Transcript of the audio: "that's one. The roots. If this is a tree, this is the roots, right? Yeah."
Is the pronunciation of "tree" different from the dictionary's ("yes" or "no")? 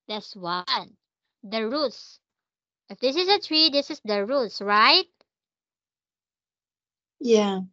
no